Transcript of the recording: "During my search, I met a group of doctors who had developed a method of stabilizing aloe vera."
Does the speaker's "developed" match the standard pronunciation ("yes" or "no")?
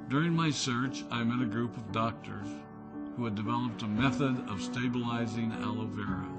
yes